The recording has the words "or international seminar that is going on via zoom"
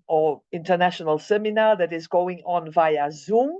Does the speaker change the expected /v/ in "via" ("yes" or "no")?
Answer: no